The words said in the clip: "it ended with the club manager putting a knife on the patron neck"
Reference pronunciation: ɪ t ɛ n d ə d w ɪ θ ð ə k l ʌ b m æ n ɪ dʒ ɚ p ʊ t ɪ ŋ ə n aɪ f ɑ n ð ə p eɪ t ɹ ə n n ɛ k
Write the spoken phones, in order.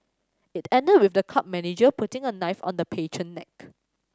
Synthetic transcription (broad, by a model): ɪ t ɛ n d ə d w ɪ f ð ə k ʌ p m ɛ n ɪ dʒ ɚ p ʊ t ɪ ŋ ə n aɪ f ɑ n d ə p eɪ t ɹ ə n n ɛ k